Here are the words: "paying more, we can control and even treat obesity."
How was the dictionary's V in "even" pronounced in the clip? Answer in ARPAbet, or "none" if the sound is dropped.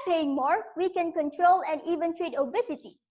V